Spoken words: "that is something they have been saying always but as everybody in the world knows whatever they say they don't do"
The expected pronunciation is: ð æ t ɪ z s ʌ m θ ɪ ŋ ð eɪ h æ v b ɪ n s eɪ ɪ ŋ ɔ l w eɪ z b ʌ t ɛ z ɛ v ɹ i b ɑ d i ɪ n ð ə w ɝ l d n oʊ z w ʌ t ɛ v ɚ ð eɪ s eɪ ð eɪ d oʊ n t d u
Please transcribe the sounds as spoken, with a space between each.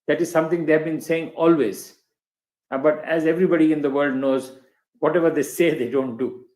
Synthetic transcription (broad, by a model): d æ t ɪ z s ʌ m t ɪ ŋ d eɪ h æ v b ɪ n s eɪ ɪ ŋ ɔ l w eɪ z b ʌ t ɛ z ɛ v ɹ i b ɑ d i ɪ n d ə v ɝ l d n oʊ z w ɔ t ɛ v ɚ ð eɪ s eɪ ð eɪ d oʊ n t d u